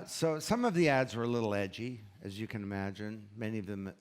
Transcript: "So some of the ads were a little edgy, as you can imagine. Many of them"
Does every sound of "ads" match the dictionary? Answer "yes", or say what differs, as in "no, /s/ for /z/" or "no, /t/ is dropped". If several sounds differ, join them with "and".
yes